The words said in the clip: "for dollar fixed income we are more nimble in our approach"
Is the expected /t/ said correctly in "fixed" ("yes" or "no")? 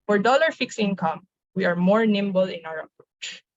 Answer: no